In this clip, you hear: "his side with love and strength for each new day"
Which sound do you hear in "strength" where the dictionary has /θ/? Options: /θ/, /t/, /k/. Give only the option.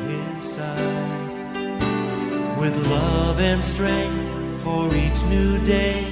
/θ/